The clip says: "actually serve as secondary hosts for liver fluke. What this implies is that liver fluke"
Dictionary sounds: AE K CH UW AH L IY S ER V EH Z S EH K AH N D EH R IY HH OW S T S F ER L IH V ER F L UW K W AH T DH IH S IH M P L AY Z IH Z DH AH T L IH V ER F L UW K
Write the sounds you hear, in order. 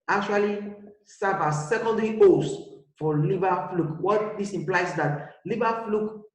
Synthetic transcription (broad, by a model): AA K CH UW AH L IY S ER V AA S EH K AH N D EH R IY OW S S F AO L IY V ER F L UW K W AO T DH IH S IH M P L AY IH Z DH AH T L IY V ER F L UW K